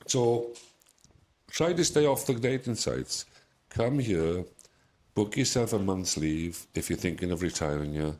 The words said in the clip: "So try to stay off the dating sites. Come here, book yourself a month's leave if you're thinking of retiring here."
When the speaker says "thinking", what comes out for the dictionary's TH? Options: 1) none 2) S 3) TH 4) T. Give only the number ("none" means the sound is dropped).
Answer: 3